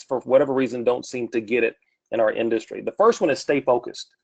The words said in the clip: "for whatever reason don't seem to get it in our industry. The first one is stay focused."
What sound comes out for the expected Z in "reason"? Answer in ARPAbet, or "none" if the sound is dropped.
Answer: Z